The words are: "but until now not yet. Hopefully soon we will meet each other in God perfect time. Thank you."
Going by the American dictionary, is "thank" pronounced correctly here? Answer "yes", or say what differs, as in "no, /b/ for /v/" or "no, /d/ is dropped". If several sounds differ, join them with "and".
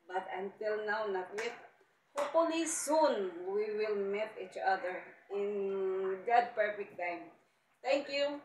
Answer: no, /t/ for /θ/